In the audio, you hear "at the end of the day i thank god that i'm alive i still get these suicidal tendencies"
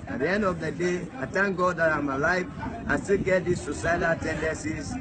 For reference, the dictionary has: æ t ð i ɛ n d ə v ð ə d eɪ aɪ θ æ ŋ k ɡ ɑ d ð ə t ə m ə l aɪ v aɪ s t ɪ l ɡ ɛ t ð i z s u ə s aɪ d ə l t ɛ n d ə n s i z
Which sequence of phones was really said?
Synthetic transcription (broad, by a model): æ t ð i ɛ n d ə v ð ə d eɪ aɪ t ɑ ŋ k ɡ ɑ d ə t ə m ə l aɪ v aɪ s t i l ɡ ɛ t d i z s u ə s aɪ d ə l t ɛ n d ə n s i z